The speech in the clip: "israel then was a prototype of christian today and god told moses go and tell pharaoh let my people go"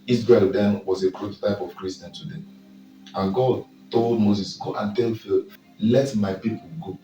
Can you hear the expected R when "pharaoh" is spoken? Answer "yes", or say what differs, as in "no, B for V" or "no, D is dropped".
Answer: no, L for R